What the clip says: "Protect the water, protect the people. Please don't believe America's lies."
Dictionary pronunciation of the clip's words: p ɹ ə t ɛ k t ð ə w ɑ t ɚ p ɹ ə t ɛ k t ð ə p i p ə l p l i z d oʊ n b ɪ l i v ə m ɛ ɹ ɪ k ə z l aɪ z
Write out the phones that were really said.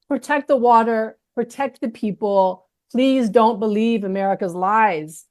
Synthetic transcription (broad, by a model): p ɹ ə t ɛ k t ð ə w ɑ t ɚ p ɹ ə t ɛ k t ð ə p i p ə l p l i z d oʊ n b ɪ l i v ə m ɛ ɹ ɪ k ə z l aɪ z